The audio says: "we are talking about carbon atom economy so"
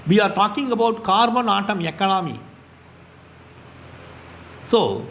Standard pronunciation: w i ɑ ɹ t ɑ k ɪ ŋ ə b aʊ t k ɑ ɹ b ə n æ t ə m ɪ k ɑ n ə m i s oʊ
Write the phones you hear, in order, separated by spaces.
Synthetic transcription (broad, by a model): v i ɑ ɹ t ɑ k ɪ ŋ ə b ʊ t k ɑ ɹ b ə n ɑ t ə m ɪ k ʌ l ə m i s oʊ